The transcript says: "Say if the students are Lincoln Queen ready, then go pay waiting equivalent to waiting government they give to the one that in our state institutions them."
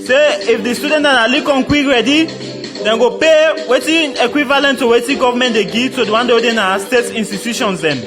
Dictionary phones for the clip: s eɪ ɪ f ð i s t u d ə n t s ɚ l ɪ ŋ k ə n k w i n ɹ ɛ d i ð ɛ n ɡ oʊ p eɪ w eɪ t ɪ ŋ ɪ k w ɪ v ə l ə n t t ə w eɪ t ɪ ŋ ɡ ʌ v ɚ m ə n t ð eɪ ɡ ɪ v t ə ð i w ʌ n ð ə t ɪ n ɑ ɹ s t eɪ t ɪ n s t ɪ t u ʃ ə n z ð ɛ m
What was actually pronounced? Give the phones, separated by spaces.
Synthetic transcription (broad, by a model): s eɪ ɪ f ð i s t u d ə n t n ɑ l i k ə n k w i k ɹ ɛ d i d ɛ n ɡ oʊ p eɪ w eɪ t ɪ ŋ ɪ k w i v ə l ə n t t ə w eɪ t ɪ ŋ ɡ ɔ v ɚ m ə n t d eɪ ɡ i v t ə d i w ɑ n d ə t ɪ n ɑ s t eɪ t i n s t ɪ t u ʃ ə n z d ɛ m